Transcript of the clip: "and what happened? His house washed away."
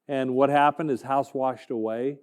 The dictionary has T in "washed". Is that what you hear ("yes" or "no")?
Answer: yes